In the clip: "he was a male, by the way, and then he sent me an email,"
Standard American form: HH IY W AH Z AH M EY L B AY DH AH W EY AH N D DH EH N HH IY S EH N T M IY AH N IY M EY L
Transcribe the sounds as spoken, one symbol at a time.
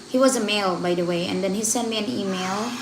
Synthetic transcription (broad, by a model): HH IY W AH Z AH M EY L B AY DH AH W EY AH N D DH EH N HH IY S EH N M IY AH N IY M EY L